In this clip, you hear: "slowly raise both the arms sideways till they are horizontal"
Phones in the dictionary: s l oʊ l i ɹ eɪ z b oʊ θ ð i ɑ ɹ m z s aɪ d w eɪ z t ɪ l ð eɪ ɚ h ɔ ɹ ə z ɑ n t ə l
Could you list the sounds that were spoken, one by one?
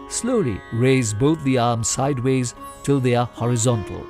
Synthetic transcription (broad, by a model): s l oʊ l i ɹ eɪ z b oʊ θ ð i ɑ ɹ m z s aɪ d w eɪ z t ɪ l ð eɪ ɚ h ɔ ɹ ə z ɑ n t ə l